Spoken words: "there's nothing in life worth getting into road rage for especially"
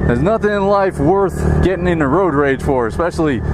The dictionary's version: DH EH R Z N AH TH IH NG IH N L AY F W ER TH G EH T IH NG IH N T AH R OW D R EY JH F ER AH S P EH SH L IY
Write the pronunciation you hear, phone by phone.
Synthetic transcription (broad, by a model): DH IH Z N AH TH IH NG IH N L AY F W ER TH G EH T IH NG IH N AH R OW D R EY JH F ER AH S P EH SH L IY